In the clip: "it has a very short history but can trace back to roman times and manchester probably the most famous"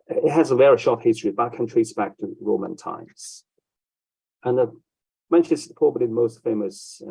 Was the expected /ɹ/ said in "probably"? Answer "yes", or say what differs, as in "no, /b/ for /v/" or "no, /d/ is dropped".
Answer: no, /ɹ/ is dropped